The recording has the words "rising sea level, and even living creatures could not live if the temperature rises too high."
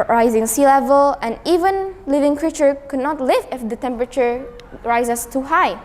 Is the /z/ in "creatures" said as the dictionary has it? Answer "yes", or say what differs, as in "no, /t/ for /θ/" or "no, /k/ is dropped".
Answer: no, /z/ is dropped